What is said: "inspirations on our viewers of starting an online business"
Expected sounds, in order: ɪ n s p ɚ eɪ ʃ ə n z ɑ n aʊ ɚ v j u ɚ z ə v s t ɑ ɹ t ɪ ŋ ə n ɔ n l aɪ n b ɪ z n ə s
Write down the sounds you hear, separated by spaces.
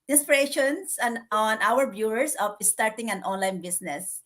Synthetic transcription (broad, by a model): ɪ n s p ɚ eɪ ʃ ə n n ɑ n aʊ ɚ b j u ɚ s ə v s t ɑ ɹ t ɪ ŋ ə n ɔ n l aɪ n b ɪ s n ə s